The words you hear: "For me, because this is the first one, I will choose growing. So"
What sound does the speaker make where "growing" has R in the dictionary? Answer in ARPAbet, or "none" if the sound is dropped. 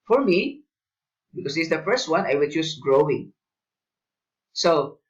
R